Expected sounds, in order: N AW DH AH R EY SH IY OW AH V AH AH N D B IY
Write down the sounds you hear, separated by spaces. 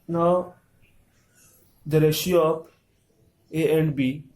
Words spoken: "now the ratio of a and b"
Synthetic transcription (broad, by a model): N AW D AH R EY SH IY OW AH P AH AH N D B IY